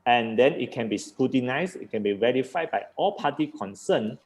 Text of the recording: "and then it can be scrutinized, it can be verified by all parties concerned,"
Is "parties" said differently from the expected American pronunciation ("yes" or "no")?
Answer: yes